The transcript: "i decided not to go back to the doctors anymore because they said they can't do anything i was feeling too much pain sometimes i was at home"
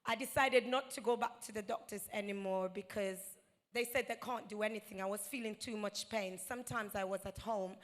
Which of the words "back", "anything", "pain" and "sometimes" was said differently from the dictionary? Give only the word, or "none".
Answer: none